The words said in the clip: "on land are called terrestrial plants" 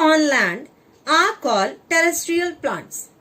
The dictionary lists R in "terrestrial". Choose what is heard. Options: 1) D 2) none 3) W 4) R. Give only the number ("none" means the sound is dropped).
4